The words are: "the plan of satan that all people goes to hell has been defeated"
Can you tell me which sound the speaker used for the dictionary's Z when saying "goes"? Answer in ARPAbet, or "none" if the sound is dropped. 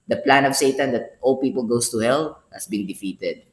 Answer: S